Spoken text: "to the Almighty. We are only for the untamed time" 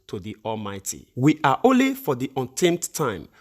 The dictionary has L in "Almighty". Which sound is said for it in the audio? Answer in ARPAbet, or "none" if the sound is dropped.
L